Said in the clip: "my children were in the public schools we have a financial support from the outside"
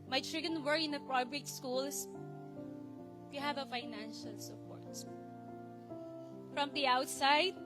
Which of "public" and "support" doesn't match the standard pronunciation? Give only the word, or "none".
public